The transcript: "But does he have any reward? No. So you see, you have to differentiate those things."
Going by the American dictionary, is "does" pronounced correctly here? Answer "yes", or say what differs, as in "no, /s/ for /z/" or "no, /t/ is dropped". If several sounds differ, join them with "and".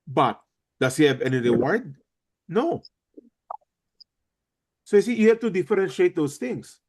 no, /s/ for /z/